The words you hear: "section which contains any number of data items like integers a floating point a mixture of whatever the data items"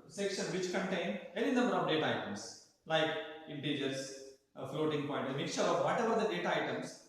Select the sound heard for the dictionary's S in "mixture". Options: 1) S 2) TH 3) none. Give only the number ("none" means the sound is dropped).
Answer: 3